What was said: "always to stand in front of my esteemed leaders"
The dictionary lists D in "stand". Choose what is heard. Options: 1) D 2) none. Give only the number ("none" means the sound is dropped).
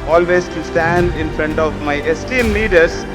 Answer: 1